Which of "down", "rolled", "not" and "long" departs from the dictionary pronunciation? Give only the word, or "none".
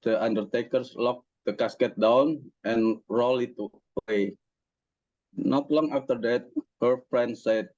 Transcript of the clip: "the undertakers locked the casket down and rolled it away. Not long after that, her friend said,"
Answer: rolled